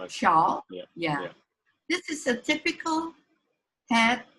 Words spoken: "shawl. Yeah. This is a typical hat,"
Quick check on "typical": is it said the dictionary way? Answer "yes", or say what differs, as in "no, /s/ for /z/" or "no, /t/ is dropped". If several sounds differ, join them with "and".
yes